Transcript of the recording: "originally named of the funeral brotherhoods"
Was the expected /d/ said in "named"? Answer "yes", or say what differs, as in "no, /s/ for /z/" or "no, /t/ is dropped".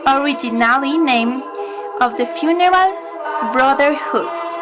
no, /d/ is dropped